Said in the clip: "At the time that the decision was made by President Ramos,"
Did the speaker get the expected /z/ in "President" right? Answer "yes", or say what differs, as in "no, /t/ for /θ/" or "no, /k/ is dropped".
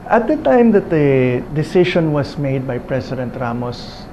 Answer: no, /s/ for /z/